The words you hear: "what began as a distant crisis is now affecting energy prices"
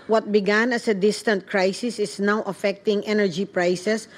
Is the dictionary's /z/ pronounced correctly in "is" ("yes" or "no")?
no